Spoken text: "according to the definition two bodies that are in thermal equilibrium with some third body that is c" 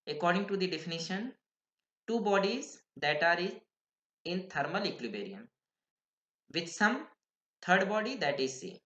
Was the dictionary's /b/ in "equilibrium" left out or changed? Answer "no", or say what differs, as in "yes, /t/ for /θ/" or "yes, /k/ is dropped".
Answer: yes, /b/ is dropped